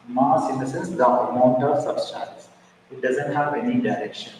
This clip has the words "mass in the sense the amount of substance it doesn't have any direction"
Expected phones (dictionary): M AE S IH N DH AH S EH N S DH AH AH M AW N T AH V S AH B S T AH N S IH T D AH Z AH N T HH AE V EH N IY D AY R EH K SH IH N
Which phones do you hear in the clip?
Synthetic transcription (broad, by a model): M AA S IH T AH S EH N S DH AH AH M AW N T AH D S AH S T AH L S IH T D AH Z AH N T HH AE V EH N IY D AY R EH K SH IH N